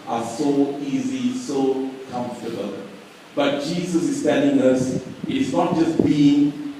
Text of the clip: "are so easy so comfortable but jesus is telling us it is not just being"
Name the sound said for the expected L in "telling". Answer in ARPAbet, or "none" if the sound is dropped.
L